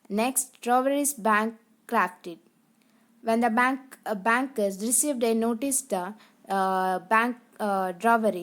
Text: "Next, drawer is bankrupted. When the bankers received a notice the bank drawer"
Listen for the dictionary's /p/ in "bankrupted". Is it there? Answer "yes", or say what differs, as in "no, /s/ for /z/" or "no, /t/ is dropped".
no, /f/ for /p/